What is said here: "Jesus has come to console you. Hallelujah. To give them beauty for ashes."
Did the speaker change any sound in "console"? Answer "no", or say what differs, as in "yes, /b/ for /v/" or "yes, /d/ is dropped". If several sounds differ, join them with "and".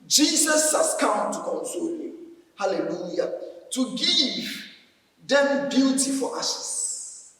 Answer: no